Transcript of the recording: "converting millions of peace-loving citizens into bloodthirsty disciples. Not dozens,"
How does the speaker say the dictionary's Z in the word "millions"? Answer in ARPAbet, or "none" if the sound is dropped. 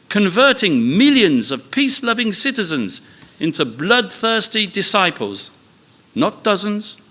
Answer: Z